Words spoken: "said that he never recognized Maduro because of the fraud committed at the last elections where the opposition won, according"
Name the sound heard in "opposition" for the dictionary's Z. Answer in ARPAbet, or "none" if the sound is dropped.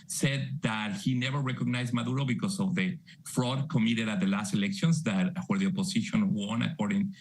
S